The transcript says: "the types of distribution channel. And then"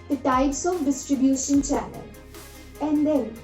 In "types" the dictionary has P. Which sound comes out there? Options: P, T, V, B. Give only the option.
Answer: B